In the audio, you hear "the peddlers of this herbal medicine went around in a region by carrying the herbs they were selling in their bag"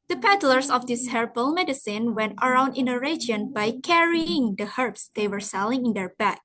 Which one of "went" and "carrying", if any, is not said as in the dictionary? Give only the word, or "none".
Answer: none